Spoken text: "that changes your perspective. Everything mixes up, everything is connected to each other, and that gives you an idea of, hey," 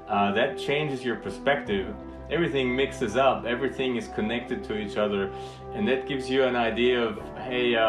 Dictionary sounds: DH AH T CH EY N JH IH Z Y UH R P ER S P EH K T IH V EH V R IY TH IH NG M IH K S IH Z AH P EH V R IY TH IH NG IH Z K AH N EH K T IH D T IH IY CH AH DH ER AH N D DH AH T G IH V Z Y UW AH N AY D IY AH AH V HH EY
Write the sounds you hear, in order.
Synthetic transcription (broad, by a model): DH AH T CH EY N JH IH Z Y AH R P ER S P EH K T IH V EH V R IY TH IH NG M IH K S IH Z AH P EH V R IY TH IH NG IH Z K AH N EH K T IH D T IH IY CH AH DH ER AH N DH AH T G IH V Z Y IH AH N AY D IY AH AH V HH EY